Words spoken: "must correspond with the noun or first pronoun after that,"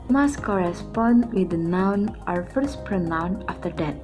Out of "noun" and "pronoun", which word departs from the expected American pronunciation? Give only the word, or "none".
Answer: none